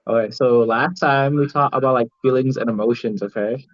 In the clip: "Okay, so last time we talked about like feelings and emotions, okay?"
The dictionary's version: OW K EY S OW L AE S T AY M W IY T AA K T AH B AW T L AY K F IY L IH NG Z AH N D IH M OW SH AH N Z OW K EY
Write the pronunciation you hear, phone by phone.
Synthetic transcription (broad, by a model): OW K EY S OW L AE S T AY M W IY T AA K T AH B AW T L AY K F IY L IH NG Z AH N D IH M OW SH AH N Z OW K EY